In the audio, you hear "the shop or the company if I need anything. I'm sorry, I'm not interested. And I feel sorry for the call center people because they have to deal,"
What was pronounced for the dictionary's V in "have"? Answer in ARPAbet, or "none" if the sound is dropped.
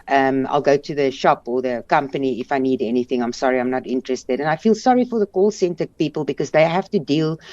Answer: F